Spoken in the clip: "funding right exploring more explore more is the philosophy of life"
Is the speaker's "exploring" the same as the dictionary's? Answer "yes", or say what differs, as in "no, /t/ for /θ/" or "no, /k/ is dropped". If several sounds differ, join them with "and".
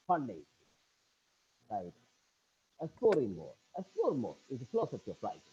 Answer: no, /k/ is dropped